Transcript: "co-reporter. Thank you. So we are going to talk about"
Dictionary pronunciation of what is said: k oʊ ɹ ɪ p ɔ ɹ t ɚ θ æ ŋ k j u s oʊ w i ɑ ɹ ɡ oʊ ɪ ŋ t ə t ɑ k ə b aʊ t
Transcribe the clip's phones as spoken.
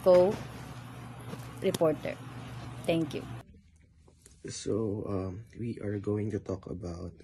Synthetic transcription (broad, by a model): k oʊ ɹ ɪ p ɔ ɹ t ɚ t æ ŋ k j u s oʊ w i ɑ ɹ ɡ oʊ ɪ ŋ t ə t ɑ k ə b aʊ t